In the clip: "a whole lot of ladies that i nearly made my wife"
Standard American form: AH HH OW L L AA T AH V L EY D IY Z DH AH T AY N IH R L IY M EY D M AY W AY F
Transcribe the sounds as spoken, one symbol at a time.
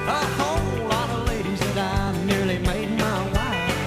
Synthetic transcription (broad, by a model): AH HH OW L L AA T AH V L EY D IY Z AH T AY N IH R L IY M EY D M AY W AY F